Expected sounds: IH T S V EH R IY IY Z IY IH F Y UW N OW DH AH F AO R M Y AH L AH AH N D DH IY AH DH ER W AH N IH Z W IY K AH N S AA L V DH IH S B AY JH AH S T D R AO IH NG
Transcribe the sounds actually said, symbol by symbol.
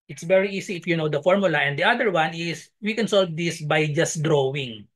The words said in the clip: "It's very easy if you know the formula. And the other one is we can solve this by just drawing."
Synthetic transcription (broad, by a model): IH T S V EH R IY IY S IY IH F Y UW N OW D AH F AO R M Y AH L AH AH N D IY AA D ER W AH N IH S W IY K AH N S AA L V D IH S B AY JH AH S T D R AO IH NG